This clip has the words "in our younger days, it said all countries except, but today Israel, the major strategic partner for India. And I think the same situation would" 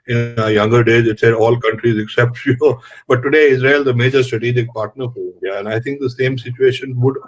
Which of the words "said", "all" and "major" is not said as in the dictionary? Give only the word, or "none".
none